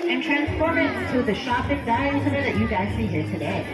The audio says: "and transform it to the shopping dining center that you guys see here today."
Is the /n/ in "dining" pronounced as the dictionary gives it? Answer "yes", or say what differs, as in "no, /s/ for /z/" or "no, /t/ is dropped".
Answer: no, /n/ is dropped